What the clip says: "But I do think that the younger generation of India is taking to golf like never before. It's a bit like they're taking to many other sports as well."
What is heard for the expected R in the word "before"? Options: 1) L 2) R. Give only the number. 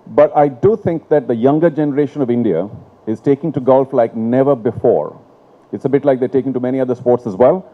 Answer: 2